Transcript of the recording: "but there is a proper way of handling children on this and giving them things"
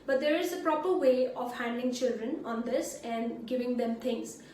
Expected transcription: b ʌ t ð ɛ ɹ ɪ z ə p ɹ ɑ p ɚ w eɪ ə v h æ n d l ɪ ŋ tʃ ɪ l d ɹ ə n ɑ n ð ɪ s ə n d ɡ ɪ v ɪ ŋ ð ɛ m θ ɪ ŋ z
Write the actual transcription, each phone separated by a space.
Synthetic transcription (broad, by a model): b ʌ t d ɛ ɹ ɪ z ə p ɹ ɑ p ɚ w eɪ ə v h æ n d l ɪ ŋ tʃ ɪ l d ɹ ə n ɑ n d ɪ s ə n d ɡ ɪ v ɪ ŋ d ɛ m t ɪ ŋ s